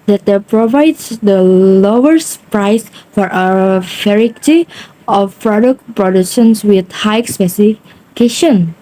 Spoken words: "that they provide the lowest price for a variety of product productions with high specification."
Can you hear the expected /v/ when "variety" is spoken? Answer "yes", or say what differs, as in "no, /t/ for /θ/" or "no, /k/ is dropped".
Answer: no, /f/ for /v/